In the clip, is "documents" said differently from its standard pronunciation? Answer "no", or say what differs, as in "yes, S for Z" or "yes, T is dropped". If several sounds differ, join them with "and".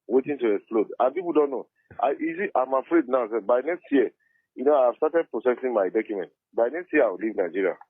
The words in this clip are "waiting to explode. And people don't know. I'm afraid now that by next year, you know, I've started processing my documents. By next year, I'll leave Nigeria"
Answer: yes, S is dropped